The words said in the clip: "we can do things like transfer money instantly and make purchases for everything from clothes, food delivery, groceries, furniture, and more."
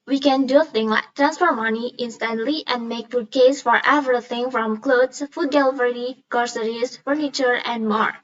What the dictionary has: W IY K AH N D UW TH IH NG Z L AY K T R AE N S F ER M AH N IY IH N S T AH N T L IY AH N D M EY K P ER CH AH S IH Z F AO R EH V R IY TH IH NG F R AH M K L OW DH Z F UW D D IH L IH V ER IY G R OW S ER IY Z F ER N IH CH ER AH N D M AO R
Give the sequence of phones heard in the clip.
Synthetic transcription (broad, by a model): W IY K AH N D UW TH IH NG L AY K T R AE N S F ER M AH N IY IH N S T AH N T L IY AH N D M EY K F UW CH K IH S F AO R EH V R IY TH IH NG F R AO M K L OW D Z F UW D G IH L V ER IY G R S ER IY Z F ER N IH CH ER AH N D M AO R